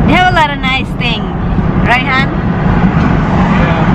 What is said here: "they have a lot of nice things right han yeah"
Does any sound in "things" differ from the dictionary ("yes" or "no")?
yes